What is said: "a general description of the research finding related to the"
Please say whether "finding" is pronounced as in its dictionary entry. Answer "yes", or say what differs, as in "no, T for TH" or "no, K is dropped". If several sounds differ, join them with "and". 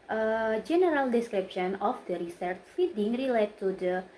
no, N is dropped